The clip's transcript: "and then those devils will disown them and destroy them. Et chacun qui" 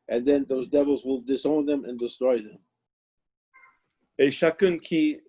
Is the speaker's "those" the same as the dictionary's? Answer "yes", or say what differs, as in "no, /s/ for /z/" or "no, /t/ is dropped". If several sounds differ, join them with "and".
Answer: yes